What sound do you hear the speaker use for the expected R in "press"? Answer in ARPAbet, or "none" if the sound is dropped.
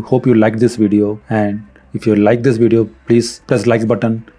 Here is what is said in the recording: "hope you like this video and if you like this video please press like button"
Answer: L